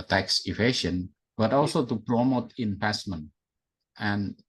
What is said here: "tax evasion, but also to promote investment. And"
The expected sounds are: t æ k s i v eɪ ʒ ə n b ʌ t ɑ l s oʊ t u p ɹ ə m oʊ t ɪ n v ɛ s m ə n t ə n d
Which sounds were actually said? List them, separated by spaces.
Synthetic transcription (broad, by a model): t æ k s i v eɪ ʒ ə n b ʌ t ɑ l s oʊ t u p ɹ ə m oʊ t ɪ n p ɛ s m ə n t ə n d